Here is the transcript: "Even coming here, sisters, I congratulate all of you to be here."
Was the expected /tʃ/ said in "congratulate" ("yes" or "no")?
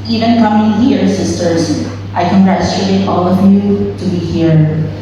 no